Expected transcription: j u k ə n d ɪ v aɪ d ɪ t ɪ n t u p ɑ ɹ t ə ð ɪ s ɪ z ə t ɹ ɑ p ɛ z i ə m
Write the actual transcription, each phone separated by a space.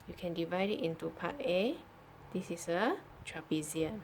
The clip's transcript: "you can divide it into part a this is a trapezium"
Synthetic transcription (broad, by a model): j u k ə n d ɪ v aɪ d ɪ t ɪ n t u p ɑ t ə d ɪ s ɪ s ə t ɹ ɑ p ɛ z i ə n